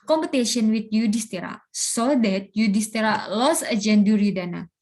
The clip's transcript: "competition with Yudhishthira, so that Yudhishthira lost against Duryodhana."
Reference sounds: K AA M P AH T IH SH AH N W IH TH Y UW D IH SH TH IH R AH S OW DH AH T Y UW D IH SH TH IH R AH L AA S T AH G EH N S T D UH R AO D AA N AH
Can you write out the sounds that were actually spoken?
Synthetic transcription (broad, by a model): K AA M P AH T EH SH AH N W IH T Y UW D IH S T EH R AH S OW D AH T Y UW D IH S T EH R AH L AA S AH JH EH N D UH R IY D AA N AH